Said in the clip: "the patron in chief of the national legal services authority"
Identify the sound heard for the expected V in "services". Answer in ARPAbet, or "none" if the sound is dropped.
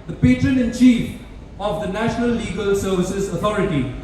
V